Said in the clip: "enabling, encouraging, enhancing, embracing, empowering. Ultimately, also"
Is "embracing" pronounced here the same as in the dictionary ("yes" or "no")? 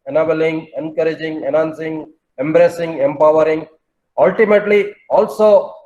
yes